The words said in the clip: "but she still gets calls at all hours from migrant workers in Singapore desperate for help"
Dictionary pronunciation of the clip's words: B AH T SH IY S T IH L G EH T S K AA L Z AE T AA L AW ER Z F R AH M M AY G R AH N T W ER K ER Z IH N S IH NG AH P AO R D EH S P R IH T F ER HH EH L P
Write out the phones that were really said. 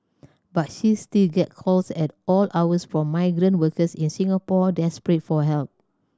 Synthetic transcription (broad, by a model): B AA T SH IY S T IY L G EH T K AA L S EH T AA L AW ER S F R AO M M AY G R AH N T W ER K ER S IH N S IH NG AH P AO D EH S P R IH T F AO HH EH L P